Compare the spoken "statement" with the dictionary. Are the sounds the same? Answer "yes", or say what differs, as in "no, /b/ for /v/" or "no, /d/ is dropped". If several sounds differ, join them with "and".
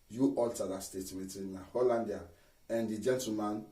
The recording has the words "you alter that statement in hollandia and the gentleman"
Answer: no, /n/ is dropped